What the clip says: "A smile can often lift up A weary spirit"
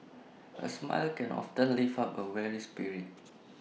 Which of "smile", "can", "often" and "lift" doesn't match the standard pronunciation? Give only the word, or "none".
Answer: lift